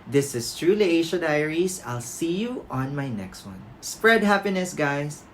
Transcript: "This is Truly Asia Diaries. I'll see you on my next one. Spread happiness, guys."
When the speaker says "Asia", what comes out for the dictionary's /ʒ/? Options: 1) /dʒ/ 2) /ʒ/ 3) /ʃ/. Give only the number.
3